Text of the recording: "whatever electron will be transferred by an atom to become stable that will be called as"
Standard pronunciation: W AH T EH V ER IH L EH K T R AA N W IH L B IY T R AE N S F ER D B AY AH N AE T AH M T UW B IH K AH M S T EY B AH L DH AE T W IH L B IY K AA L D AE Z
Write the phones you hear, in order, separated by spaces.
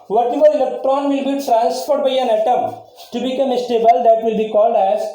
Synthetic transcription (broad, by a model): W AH T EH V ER IH L EH K T R AA N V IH L B IY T R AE N S P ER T B AY AH N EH T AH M T UW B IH K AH M S T EY B AH L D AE T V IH L B IY K AA L D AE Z